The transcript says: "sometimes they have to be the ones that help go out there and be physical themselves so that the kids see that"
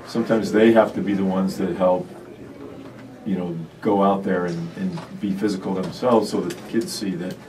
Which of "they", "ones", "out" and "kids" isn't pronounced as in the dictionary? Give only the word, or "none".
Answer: none